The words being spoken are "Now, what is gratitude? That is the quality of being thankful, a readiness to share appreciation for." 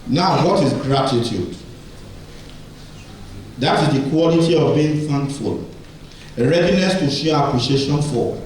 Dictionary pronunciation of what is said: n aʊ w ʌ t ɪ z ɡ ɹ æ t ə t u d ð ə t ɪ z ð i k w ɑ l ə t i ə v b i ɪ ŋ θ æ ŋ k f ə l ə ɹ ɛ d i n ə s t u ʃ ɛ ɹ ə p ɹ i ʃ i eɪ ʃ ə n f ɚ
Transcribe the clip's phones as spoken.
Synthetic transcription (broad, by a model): n aʊ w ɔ t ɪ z ɡ ɹ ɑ t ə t u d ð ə t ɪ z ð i k w ɑ l ə t i ə v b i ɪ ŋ f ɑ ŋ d f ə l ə ɹ ɛ d i n ə s t u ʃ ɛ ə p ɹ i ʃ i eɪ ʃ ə n f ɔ